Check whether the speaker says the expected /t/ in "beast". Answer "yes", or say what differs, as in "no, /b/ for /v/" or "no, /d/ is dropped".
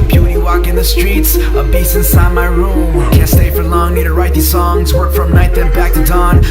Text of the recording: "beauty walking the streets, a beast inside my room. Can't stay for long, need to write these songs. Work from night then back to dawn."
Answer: no, /t/ is dropped